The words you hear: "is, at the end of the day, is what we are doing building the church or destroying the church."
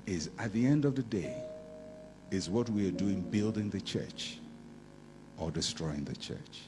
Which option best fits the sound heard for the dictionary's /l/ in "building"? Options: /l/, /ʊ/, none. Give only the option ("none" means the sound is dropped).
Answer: /l/